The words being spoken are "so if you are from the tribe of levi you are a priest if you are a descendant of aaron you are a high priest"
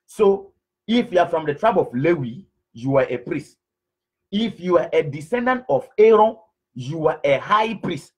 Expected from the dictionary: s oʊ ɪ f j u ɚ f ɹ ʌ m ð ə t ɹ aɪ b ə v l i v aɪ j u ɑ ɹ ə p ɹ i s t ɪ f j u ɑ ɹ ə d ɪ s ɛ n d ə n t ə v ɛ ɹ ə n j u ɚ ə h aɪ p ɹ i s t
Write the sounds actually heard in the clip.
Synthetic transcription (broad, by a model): s oʊ ɪ f j u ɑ f ɹ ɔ m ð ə t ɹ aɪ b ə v l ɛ w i j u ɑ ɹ ə p ɹ i s t ɪ f j u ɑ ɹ ə d ɪ s ɛ n d ə n t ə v ɛ ɹ ə n j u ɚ ə h aɪ p ɹ i s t